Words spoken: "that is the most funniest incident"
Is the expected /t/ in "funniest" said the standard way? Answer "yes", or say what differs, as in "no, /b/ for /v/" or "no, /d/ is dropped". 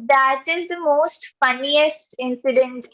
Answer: yes